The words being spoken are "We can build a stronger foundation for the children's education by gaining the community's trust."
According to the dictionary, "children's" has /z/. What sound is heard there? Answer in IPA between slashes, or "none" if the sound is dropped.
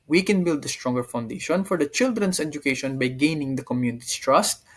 /s/